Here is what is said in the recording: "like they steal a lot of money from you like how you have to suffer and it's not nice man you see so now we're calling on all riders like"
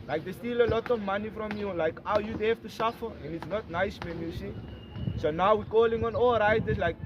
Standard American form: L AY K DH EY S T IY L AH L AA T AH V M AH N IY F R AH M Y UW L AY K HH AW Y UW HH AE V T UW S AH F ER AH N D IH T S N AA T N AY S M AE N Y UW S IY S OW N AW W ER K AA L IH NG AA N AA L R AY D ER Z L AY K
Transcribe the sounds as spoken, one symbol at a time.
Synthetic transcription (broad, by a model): L AY K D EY S T IY L AH L AA T AH V M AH N IY F R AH M Y UW L AY K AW Y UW HH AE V T UW S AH F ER AH N D IH T S N AA T N AY S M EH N Y UW S IY S OW N AW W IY K AA L IH NG AA N AA L R AY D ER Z L AY K